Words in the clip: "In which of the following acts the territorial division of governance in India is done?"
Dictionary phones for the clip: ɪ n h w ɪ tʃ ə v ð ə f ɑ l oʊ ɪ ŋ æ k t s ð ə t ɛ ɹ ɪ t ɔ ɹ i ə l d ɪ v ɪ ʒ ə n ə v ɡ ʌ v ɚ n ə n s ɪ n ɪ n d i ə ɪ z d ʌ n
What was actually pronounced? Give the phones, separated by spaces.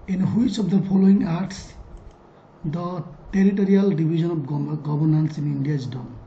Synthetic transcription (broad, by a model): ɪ n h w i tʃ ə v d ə p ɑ l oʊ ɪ ŋ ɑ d t s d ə t ɛ ɹ ɪ t ɔ ɹ i ə l d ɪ b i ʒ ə n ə b ɡ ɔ b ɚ n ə n s ɪ n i n d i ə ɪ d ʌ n